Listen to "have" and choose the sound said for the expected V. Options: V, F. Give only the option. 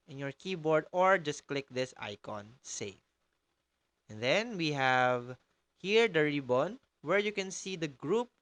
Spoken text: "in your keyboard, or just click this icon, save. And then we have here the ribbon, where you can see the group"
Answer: V